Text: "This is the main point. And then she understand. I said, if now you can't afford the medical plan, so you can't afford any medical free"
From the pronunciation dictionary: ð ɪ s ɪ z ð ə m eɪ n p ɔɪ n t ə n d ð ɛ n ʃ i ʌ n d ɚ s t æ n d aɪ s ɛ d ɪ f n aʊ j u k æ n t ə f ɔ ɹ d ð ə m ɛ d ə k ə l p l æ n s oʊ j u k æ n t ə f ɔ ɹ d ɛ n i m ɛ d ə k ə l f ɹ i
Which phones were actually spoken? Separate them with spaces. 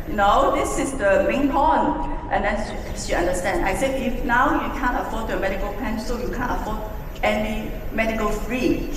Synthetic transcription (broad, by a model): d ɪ s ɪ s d ə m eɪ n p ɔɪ n t ə n d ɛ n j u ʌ n d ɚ s t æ n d aɪ s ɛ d ɪ f n aʊ j u k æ n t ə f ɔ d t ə m ɛ d ə k ə l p ɛ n s oʊ j u k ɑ n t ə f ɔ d ɛ n i m ɛ d ə k ə l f ɹ i